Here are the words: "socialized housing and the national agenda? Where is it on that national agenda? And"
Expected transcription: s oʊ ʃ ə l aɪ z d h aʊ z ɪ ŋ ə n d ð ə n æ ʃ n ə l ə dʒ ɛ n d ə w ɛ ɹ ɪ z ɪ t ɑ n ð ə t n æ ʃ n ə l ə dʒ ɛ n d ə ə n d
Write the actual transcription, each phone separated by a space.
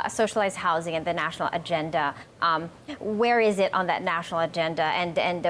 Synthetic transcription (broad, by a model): s oʊ ʃ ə l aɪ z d h aʊ z ɪ ŋ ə n ð ə n æ ʃ n l ə dʒ ɛ n d ə w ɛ ɹ ɪ z ɪ t n ð ə t n æ ʃ n l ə dʒ ɛ n d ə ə n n